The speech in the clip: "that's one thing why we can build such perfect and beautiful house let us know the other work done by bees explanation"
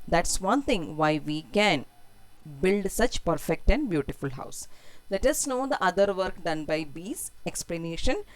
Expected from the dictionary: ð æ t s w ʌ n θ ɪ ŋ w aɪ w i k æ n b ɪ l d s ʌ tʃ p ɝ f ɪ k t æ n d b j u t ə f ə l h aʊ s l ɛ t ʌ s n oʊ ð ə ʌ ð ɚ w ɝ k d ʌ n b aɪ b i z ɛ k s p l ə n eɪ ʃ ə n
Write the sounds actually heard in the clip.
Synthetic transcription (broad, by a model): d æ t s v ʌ n t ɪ ŋ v aɪ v i k æ n b ɪ l d s ʌ tʃ p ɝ f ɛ k t æ n d b j u t ə f ə l h aʊ s l ɛ t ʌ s n oʊ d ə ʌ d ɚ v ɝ k d ʌ n b aɪ b i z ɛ k s p l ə n eɪ ʃ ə n